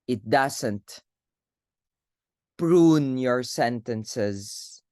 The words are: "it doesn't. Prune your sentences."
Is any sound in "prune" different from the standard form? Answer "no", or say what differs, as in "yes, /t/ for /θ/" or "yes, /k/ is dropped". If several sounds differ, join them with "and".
no